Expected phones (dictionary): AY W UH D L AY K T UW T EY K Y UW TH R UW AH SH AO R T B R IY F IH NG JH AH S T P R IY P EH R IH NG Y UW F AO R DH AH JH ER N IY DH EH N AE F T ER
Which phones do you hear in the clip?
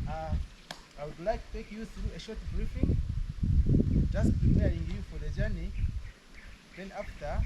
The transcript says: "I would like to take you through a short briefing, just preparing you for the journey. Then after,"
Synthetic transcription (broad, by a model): AY W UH D L AY K T UW T EY K Y UW TH R UW AH SH AO R T B R IY F IH NG JH AH S T P R IY P EH R IH NG Y UW F AO R DH AH JH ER N IY DH EH N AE F T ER